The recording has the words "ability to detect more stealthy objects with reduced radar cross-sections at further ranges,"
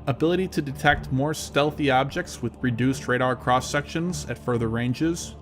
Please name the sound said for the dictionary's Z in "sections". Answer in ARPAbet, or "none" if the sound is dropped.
Z